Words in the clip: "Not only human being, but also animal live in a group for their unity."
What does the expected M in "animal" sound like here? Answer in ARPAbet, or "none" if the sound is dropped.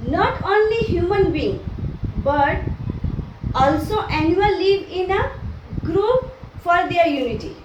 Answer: none